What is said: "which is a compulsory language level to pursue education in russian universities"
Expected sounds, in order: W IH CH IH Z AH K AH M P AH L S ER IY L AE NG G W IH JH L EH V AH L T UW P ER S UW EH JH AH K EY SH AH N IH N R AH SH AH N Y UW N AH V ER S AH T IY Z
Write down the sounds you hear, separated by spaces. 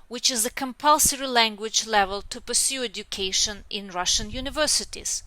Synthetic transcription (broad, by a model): W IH CH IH Z AH K AH M P AH L S ER IY L AE NG G W IH JH L EH V AH L T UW P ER S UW EH JH AH K EY SH AH N IH N R AH SH AH N Y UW N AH V ER S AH T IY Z